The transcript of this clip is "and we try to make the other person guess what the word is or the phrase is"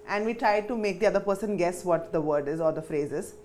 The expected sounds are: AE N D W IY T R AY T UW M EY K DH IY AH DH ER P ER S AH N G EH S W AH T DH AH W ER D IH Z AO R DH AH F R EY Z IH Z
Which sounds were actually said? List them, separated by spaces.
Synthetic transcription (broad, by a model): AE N D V IY T R AY T UW M EY K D IY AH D ER P ER S AH N G EH S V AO T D AH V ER D IH Z AO R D AH F R EY Z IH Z